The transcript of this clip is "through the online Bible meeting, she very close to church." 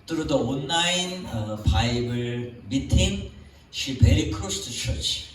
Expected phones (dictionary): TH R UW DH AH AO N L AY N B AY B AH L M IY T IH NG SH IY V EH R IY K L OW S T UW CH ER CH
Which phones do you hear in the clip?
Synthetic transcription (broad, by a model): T R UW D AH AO N AY N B AY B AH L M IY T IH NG SH IY P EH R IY K OW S T UW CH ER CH